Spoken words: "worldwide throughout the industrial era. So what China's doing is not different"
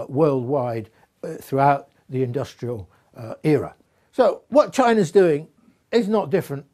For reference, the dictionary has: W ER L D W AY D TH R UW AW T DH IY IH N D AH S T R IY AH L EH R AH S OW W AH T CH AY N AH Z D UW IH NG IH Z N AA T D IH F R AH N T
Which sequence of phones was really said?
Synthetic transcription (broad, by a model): W ER L D W AY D TH R UW AW T DH IY IH N D AH S T R IY AH L EH R AH S OW W AH T CH AY N AH Z D UW IH NG IH Z N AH T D IH F R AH N T